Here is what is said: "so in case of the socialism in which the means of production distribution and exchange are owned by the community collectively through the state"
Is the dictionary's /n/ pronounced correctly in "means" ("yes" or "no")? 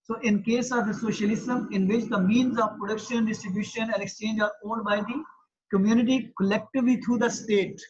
yes